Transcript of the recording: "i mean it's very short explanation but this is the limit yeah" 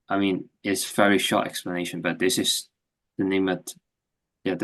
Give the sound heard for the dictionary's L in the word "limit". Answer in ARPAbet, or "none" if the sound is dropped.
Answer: N